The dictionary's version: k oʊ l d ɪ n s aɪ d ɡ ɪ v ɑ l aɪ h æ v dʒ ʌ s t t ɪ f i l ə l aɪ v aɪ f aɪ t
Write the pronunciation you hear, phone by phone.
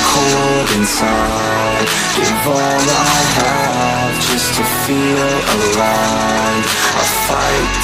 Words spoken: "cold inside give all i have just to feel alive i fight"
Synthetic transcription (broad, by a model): k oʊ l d ɪ n s aɪ d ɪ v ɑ n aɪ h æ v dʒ ʌ s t t ɪ f i l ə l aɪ aɪ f aɪ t